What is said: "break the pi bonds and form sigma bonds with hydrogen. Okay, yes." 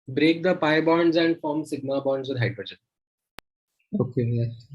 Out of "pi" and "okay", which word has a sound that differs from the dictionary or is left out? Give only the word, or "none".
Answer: none